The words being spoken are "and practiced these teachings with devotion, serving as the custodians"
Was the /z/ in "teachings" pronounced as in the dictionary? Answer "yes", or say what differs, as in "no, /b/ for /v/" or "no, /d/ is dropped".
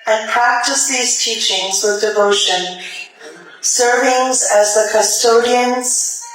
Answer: yes